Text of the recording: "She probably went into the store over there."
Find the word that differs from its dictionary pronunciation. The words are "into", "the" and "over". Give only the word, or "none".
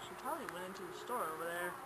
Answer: none